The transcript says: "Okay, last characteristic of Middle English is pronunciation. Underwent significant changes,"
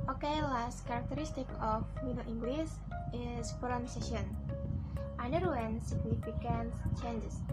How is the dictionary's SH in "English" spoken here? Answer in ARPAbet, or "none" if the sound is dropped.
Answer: S